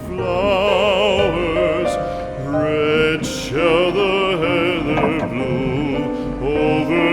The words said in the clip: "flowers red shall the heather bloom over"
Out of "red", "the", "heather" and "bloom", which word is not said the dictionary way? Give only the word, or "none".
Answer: bloom